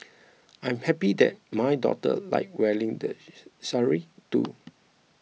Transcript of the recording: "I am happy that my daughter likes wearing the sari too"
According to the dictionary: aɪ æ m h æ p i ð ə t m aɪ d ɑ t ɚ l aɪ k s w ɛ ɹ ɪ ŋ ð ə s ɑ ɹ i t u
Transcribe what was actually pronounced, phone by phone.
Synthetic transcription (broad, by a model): aɪ m h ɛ p i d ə t m aɪ d ɑ t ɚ l aɪ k w ɛ l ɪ ŋ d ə s ɑ ɹ i t u